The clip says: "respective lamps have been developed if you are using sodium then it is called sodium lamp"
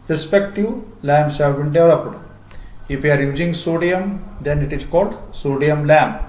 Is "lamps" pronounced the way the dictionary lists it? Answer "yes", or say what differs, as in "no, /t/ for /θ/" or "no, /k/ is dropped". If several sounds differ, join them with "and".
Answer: no, /p/ is dropped